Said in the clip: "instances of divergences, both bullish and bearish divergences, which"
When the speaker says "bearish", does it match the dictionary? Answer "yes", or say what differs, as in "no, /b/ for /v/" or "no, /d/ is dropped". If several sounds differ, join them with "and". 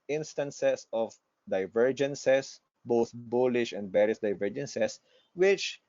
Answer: no, /s/ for /ʃ/